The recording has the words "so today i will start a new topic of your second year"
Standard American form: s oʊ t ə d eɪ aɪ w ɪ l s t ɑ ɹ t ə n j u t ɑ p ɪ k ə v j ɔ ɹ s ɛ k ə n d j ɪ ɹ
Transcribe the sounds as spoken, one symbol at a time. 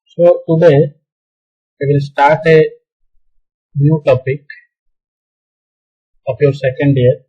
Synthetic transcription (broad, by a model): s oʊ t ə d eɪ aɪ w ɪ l s t ɑ ɹ t ə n j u t ɑ p ɪ k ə p j ɔ ɹ s ɛ k ə n d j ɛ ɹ